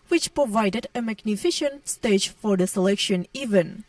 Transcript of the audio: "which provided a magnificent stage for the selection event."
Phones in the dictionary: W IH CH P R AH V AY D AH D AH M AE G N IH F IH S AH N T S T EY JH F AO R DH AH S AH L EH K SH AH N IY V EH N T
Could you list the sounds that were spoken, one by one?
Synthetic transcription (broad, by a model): W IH CH P R AH V AY D AH D AH M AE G N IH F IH SH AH N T S T EY JH F AO R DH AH S AH L EH K SH AH N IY V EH N